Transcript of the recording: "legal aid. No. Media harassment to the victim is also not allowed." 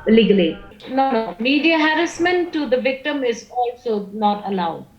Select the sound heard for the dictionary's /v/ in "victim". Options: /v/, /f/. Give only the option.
/v/